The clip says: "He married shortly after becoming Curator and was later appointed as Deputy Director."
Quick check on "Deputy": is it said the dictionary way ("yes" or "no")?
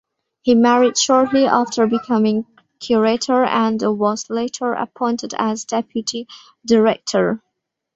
yes